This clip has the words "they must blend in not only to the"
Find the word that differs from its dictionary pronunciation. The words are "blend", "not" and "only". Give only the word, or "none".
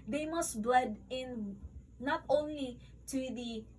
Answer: blend